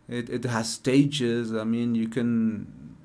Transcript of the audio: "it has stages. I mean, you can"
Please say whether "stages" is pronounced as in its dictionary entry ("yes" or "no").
yes